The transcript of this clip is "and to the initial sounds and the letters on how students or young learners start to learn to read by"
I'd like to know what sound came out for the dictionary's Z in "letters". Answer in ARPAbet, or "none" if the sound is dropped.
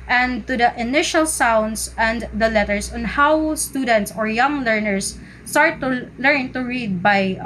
S